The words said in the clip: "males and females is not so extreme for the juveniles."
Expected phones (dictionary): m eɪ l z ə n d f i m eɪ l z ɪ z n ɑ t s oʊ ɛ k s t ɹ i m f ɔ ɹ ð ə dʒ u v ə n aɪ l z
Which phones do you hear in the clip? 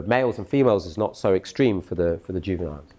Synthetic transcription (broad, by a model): m eɪ l z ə n f i m eɪ l z ɪ z n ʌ t s oʊ ɛ k s t ɹ i m f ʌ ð ð ə dʒ u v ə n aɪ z